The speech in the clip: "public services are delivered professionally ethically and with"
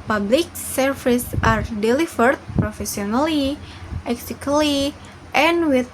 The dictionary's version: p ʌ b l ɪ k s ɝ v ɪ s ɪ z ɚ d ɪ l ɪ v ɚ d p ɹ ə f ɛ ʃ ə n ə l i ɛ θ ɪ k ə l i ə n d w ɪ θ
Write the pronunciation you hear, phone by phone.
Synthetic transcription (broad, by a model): p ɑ b l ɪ k s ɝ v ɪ s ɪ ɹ d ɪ l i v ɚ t p ɹ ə f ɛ s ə n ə l i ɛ s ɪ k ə l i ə n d w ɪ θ